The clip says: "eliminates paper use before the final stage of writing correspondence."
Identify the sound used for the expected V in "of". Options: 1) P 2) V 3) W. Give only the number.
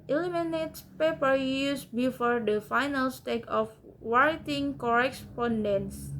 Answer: 3